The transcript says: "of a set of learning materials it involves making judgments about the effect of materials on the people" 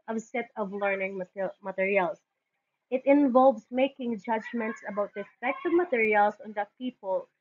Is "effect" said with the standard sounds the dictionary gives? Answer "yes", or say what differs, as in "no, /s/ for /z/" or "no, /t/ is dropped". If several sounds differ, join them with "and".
no, /p/ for /f/